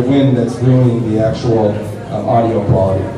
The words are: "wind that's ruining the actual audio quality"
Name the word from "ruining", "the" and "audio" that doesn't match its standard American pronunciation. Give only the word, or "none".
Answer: ruining